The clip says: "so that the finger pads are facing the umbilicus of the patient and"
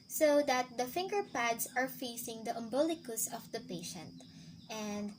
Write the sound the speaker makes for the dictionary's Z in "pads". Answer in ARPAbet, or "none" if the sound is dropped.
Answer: S